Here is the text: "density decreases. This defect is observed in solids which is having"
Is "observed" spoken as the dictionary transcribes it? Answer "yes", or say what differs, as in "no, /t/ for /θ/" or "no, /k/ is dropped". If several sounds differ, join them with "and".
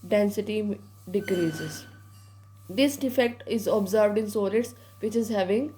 yes